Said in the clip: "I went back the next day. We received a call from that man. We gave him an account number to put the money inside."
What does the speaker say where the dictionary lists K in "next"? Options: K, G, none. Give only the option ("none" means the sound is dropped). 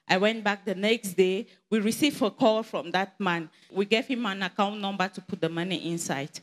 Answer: K